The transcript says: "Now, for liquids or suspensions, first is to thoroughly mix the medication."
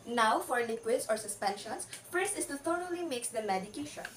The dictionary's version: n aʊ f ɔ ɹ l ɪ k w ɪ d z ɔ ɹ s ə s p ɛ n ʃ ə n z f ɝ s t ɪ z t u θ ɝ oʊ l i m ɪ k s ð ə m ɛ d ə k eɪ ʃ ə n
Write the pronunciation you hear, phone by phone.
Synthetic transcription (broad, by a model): n aʊ f ɔ ɹ l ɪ k w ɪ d s ɔ ɹ s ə s p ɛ n ʃ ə n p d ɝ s ɪ s t u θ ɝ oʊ l i m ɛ k s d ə m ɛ d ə k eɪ ʃ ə n